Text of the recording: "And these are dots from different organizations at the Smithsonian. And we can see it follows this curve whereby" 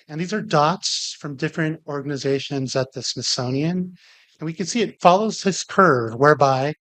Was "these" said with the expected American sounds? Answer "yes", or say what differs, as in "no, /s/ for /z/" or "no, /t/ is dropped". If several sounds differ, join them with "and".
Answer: yes